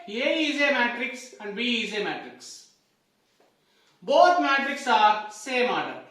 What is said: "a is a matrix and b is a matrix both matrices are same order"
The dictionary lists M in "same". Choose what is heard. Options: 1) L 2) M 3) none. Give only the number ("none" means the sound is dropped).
2